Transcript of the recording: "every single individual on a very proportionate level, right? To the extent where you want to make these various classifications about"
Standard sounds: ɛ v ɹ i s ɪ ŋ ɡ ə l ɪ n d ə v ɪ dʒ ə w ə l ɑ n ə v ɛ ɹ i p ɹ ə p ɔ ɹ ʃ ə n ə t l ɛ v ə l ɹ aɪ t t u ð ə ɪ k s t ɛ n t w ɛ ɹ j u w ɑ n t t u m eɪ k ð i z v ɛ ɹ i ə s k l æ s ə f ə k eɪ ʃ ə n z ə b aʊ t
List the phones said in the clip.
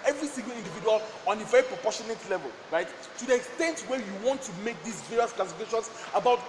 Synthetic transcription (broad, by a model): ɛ v ɹ i s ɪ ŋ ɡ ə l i n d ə v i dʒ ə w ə l ɑ n ə v ɛ ɹ i p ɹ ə p ɔ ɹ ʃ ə n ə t l ɛ v ə l ɹ aɪ t t u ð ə ɪ k s t ɛ n t w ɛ j u w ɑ n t t u m eɪ k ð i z v ɛ ɹ i ə s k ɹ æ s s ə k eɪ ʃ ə n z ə b aʊ t